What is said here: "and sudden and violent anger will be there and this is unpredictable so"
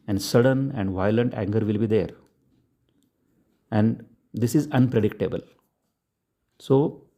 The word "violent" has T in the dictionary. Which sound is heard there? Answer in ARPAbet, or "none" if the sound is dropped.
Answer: T